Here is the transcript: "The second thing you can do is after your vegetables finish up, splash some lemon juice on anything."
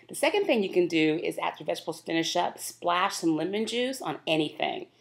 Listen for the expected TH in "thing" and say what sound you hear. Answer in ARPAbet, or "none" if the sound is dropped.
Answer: TH